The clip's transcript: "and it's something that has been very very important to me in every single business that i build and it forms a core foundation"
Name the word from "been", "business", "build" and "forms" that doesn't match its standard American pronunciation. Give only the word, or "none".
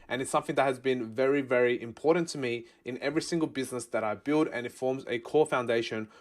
none